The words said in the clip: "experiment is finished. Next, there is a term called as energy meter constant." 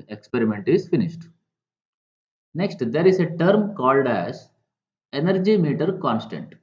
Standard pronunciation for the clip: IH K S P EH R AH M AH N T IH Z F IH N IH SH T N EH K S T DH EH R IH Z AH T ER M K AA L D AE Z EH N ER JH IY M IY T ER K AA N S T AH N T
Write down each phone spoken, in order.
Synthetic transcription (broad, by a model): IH K S P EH R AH M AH N T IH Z F IH N IH SH T N EH K S T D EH R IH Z AH T ER M K AA L D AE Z EH N ER JH IY M IY T ER K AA N S T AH N T